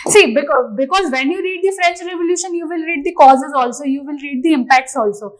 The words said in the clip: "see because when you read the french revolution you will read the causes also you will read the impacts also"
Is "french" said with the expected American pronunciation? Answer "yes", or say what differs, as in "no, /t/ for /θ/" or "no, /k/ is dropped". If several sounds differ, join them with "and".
yes